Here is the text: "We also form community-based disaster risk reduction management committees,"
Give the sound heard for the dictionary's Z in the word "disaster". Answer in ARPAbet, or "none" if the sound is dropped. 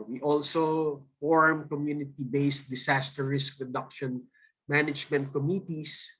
S